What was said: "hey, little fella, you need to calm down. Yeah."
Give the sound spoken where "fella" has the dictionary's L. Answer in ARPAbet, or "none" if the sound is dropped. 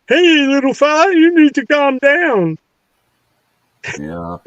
none